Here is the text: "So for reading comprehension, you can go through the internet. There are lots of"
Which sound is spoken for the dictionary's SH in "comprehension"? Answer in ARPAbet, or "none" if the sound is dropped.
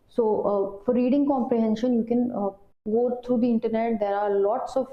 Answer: SH